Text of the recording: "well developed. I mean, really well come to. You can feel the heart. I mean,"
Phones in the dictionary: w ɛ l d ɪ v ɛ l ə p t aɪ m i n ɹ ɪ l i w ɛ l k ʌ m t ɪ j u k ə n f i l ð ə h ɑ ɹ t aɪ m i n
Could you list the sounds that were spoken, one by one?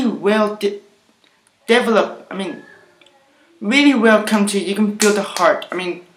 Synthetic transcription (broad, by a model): w ɛ l d ɪ v ɛ l ə p t aɪ m i n ɹ ɪ l i w ɛ l k ʌ m t ɪ j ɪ k ə n f i l ð ə h ɑ ɹ t aɪ m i n